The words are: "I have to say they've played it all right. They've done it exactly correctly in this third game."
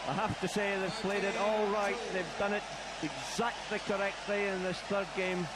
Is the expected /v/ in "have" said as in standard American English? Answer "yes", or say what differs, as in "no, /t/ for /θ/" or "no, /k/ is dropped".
no, /f/ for /v/